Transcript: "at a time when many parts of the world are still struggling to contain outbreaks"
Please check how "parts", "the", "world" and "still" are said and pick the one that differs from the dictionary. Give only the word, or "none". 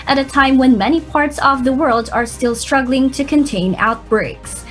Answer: none